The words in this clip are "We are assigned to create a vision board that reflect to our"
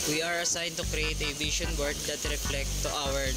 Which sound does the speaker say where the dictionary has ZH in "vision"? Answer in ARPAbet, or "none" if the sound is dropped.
SH